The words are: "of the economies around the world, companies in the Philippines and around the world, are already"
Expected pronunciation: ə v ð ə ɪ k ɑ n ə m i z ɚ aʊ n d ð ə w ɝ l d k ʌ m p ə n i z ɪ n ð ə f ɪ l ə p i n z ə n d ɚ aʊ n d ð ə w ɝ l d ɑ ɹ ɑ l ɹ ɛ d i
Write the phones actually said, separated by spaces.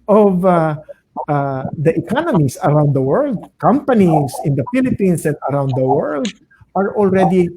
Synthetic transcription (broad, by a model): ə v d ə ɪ k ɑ n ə m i s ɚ aʊ n d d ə w ɝ l d k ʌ m p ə n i s ɪ n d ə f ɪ l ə p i n s ə n d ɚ aʊ n d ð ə w ɝ l d ɑ ɹ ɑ l ɹ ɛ d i